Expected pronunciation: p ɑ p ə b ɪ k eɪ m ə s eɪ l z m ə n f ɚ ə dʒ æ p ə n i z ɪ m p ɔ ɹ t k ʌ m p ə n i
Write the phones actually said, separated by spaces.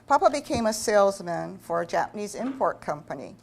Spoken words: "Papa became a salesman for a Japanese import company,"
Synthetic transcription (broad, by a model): p ɑ p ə b ɪ k eɪ m ə s eɪ l z m ə n f ɚ ə dʒ æ p ə n i z ɪ m p ɔ ɹ t k ʌ m p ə n i